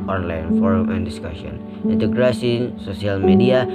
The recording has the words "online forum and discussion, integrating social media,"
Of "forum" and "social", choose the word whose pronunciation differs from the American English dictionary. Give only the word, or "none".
social